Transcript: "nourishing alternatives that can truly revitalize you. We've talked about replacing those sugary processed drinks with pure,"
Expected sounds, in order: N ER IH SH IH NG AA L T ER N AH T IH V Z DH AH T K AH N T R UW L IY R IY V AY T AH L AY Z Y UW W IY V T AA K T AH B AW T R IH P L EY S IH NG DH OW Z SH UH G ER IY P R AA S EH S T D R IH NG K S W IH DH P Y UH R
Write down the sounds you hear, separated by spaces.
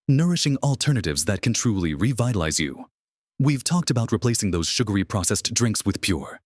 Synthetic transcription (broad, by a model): N ER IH SH IH NG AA L T ER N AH T IH V Z DH AH T K AH N T R UW L IY R IY V AY T AH L AY Z Y UW W IY V T AA K T AH B AW T R IH P L EY S IH NG DH OW Z SH UH G ER IY P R AA S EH S D R IH NG K S W IH DH P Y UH R